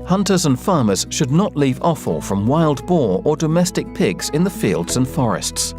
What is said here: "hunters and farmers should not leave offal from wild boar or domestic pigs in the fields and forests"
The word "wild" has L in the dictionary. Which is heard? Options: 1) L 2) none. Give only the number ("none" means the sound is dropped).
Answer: 1